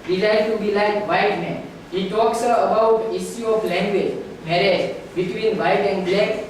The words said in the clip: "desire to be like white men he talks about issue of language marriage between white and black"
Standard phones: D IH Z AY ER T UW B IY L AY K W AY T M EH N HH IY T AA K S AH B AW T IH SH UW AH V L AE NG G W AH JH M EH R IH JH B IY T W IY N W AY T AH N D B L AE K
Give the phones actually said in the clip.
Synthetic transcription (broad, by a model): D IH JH AY T UW B IY L AY K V AY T M EH N HH IY T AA K S AH B AW T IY S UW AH F L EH NG G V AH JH M EH R IH JH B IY T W IY N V AY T AH N D B L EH K